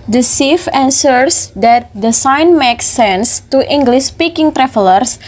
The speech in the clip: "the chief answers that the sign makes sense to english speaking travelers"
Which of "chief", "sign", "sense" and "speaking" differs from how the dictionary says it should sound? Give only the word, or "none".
chief